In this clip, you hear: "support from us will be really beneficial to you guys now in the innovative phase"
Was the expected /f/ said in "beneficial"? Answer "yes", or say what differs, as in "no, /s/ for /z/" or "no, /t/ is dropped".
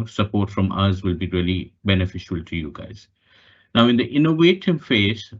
yes